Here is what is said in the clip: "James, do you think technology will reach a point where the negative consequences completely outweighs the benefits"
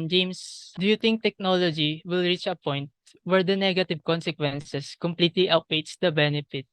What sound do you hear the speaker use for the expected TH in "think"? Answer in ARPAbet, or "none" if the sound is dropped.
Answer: T